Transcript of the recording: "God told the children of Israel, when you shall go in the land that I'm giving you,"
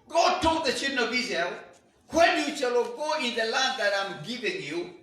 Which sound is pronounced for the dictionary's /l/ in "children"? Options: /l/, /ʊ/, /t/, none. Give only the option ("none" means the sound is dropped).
none